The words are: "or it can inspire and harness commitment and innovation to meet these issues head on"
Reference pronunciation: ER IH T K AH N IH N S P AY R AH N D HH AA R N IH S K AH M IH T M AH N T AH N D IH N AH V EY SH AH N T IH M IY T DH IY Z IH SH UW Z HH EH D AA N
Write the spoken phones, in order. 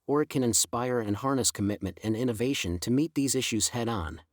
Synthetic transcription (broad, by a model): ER IH T K AH N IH N S P AY R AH N HH AA R N IH S K AH M IH T M AH N T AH N IH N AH V EY SH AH N T IH M IY T DH IY Z IH SH UW Z HH EH D N